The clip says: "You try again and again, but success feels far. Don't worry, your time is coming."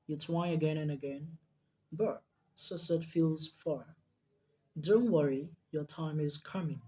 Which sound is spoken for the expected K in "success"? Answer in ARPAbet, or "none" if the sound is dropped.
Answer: none